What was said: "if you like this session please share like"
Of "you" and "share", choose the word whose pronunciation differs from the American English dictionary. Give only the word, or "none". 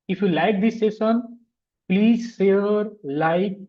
share